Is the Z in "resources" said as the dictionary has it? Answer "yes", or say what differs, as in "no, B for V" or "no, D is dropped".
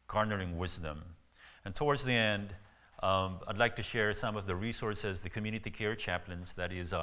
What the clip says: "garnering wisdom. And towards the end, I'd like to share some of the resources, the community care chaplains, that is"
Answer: yes